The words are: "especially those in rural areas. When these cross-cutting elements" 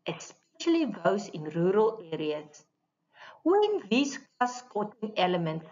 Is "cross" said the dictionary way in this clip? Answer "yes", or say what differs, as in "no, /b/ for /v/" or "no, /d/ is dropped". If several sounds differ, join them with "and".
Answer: no, /ɹ/ is dropped